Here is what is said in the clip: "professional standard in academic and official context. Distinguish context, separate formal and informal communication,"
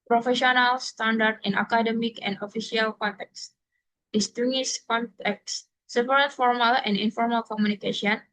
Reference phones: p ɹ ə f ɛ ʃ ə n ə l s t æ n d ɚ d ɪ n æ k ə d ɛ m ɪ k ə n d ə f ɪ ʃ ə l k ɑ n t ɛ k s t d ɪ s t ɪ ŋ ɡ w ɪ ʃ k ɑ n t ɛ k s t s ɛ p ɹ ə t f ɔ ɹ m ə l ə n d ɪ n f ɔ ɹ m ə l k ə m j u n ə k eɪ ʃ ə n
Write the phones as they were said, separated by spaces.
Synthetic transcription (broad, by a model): p ɹ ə f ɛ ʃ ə n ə l s t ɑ n d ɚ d ɪ n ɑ k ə d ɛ m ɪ k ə n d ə f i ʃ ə l k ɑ n t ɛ k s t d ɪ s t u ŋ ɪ s k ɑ n t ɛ k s s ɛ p ɹ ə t f ɔ ɹ m ə l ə n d ɪ n f ɔ ɹ m ə l k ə m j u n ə k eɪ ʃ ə n